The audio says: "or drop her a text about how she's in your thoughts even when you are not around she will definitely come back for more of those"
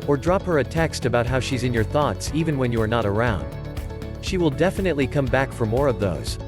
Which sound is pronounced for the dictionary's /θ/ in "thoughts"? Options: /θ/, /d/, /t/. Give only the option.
/θ/